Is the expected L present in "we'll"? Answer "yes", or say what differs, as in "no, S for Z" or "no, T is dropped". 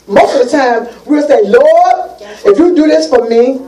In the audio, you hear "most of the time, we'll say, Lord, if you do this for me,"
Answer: no, W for L